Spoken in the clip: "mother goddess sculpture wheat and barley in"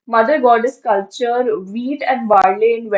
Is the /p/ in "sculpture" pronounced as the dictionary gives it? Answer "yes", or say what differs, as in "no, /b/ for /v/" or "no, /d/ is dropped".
no, /p/ is dropped